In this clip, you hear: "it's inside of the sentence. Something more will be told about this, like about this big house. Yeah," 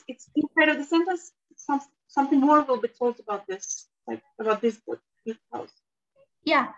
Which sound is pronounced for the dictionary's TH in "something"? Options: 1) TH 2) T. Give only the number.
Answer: 1